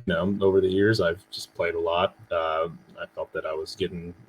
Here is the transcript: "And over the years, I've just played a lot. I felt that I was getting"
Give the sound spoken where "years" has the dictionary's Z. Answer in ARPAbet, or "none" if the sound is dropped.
Z